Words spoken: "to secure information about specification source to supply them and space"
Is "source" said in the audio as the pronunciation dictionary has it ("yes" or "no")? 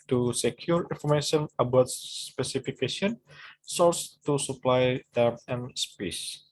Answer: no